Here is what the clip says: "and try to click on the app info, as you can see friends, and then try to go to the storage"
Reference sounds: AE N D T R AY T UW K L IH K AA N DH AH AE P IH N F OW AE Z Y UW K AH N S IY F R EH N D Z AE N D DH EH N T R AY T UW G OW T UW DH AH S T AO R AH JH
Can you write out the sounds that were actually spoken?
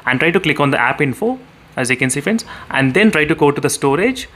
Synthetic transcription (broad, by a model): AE N T R AY T UW K L IH K AA N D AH AE P IH N F OW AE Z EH K AH N S IY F EH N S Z AE N D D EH N T R AY T UW G OW T UW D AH S T AO R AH JH